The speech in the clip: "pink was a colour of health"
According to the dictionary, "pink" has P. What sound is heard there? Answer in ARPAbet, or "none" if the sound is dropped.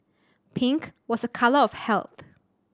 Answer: P